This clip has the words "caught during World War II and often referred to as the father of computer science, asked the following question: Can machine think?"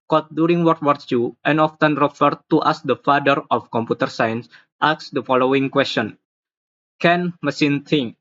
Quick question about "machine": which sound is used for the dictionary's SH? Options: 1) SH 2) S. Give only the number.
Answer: 2